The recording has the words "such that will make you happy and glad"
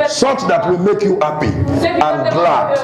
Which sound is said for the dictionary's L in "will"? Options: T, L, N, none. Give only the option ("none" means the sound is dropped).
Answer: L